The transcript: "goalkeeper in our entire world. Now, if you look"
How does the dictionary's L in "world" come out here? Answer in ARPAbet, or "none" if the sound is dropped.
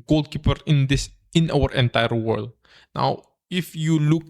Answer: L